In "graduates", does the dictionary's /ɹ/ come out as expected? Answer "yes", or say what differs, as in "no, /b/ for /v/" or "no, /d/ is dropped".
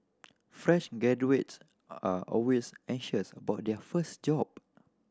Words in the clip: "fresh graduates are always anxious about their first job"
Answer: no, /ɹ/ is dropped